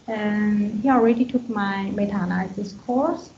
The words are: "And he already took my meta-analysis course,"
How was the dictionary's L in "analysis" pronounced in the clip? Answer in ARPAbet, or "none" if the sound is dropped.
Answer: none